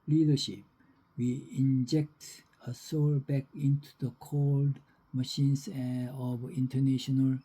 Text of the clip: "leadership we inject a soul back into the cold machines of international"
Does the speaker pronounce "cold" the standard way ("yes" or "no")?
yes